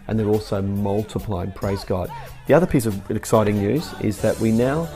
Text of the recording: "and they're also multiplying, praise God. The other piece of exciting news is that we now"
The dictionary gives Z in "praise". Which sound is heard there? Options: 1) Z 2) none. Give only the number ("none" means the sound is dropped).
1